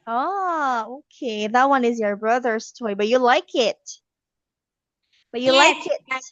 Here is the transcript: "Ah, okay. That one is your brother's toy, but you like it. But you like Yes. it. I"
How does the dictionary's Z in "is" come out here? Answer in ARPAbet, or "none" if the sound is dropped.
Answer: Z